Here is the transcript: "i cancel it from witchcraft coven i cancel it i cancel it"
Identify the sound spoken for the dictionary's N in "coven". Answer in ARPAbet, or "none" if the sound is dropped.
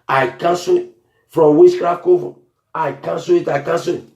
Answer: none